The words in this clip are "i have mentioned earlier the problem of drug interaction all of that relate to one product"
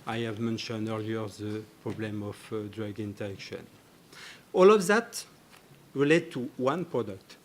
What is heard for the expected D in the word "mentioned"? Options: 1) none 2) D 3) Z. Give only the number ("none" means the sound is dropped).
2